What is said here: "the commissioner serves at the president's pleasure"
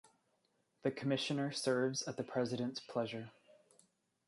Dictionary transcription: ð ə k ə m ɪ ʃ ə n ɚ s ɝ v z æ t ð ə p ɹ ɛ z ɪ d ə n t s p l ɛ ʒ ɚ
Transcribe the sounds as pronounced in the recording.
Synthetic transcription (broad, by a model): ð ə k ə m ɪ ʃ ə n ɚ s ɝ v z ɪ t ð ə p ɹ ɛ z ɪ d ə n t s p l ɛ ʒ ɚ